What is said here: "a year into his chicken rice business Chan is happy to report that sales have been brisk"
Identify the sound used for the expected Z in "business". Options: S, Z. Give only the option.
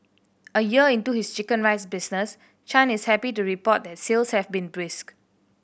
S